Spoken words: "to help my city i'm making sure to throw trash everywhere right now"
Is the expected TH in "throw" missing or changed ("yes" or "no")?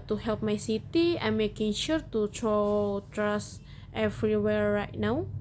yes